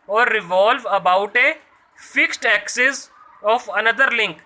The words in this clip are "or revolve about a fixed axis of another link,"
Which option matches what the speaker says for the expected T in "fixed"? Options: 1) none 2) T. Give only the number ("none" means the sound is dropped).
2